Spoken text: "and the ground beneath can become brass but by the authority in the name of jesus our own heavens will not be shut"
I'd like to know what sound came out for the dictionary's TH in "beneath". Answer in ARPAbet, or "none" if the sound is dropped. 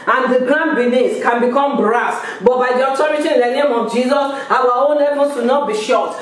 S